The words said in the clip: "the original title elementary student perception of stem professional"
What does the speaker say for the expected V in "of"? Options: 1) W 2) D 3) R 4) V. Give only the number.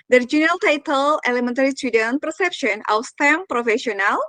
1